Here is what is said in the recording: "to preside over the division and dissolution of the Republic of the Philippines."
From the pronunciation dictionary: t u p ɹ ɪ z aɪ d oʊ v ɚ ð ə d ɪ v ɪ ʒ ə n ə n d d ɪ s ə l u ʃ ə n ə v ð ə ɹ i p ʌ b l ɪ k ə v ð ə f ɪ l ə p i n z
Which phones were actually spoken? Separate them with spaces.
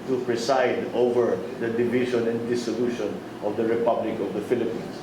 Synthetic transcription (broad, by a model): t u p ɹ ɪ s aɪ d oʊ v ɚ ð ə d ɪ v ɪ ʃ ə n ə n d d ɪ s ə l u ʃ ə n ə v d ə ɹ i p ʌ b l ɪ k ə v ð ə f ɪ l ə p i n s